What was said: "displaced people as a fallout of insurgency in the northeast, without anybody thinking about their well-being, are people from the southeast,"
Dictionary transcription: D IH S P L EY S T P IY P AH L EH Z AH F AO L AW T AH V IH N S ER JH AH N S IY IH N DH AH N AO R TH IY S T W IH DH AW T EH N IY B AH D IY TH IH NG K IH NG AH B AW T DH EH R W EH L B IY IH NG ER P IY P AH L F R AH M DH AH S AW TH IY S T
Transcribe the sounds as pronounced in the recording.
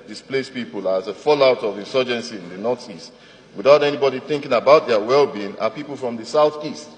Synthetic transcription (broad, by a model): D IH S P L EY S P IY P AH L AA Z AH F AO L AW T AH V IH N S ER JH AH N S IY IH N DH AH N AO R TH IY S T W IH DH AW T EH N IY B AH D IY TH IH NG K IH NG AH B AW T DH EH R W EH L B IY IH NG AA P IY P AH L F R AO M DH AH S AW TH IY S T